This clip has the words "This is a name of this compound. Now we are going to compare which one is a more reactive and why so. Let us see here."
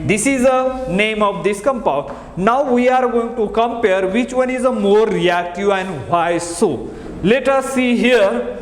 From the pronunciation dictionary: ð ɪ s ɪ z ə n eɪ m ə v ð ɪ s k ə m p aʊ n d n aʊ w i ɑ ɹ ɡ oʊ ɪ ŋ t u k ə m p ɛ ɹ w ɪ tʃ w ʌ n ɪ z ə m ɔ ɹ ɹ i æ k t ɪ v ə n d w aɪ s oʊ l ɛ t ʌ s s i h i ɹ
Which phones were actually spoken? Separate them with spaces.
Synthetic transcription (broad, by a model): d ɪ s ɪ z ə n eɪ m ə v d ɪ s k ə m p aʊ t n aʊ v i ɑ ɹ ɡ oʊ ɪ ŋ t u k ə m p ɛ ɹ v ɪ tʃ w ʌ n ɪ z ə m ɔ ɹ ɹ i æ k t ɪ v ə n d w aɪ s oʊ l ɛ t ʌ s s i h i ɹ